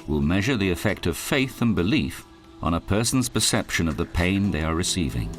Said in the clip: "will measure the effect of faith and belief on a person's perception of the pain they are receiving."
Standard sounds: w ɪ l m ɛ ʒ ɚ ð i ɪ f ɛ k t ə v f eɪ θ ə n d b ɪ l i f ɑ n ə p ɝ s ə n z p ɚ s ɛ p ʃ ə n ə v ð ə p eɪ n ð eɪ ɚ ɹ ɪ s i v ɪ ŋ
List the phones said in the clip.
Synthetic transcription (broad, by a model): w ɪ l m ɛ ʒ ɚ ð i ɪ f ɛ k t ə v f eɪ θ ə n b ɪ l i f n ə p ɝ s n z p ɚ s ɛ p ʃ ə n ə v ð ə p eɪ n ð eɪ ɚ ɹ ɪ s i v ɪ ŋ